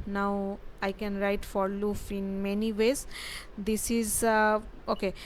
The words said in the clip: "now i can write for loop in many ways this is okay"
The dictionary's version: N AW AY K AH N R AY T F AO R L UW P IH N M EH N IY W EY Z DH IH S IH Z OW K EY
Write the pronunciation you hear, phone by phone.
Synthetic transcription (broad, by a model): N AW AY K AH N R AY T F AO R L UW F IH N M EH N IY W EY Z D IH S IH Z OW K EY